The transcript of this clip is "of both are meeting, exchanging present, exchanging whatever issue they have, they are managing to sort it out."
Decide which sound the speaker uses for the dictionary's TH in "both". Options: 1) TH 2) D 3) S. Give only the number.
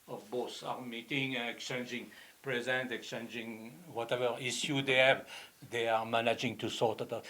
3